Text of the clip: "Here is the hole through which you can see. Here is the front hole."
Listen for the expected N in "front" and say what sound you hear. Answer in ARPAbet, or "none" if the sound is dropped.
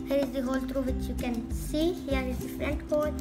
L